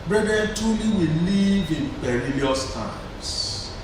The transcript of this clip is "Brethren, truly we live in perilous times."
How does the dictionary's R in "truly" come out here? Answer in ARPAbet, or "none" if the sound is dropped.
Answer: none